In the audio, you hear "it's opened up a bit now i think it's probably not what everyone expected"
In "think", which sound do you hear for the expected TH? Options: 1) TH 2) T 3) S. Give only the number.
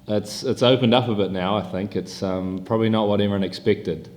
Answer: 1